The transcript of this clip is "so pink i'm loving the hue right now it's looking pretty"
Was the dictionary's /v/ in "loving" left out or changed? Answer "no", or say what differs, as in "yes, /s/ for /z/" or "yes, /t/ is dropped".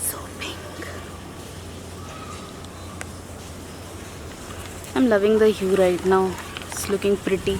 no